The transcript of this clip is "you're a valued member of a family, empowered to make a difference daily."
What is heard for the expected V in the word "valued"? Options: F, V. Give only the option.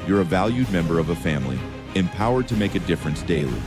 V